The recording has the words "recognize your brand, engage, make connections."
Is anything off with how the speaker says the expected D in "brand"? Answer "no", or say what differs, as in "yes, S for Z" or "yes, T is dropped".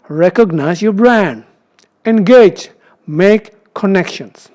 no